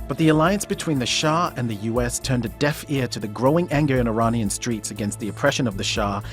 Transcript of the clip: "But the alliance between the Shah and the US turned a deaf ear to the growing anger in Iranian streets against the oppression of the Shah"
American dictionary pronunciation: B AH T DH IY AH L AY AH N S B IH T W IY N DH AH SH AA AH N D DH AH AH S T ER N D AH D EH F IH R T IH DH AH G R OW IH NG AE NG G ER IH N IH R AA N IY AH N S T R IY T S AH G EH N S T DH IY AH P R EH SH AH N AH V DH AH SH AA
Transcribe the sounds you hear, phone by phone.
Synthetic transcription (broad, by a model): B AH T DH IY AH L AY AH N S B IH T W IY N DH AH SH AA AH N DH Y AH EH S T ER N D AH D EH F IH R T IH DH AH G R OW IH NG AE NG G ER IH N IH R AA N IY AH N S T R IY T S AH G EH N S T DH IY AH P R EH SH AH N AH V DH AH SH AA